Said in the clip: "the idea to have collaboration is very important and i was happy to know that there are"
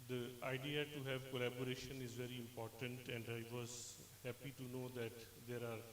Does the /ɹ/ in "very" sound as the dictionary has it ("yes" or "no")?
yes